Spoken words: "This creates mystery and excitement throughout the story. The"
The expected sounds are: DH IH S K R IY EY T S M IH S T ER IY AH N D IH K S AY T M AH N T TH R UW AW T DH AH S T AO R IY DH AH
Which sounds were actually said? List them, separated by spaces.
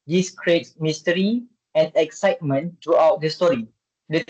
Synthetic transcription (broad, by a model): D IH S K R IY EY T S M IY S T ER IY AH N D IH K S AY T M AH N T R UW AW T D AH S T AO R IY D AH